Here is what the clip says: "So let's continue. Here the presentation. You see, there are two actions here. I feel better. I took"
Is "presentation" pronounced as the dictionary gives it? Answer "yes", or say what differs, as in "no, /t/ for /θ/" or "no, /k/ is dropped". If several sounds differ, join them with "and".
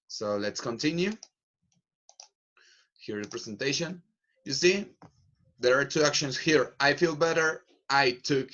no, /s/ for /z/